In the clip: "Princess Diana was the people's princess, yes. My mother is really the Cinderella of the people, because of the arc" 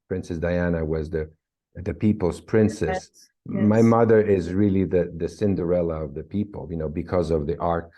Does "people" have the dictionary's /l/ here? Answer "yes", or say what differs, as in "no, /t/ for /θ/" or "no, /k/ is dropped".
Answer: no, /n/ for /l/